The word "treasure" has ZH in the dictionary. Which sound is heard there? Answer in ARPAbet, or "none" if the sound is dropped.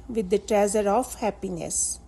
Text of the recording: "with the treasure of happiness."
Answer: Z